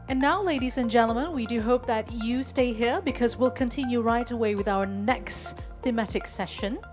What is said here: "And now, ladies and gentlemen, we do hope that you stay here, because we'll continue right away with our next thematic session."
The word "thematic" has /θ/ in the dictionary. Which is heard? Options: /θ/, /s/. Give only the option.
/θ/